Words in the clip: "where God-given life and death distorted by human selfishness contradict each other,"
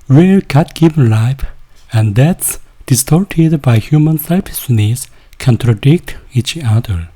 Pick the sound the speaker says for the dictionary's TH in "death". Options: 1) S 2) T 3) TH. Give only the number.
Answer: 1